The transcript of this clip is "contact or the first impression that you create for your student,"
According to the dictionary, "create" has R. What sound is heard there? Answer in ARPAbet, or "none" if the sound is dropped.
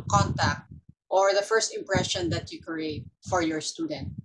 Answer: R